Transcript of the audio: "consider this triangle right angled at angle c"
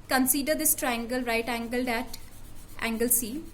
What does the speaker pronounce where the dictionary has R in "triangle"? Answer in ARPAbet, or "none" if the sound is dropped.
R